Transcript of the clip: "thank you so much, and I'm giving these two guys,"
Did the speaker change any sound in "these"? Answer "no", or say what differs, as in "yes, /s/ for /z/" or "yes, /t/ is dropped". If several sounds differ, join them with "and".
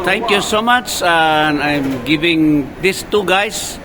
yes, /s/ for /z/